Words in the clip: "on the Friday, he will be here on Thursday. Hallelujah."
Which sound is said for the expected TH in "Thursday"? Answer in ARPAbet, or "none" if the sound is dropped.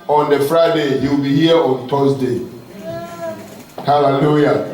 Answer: T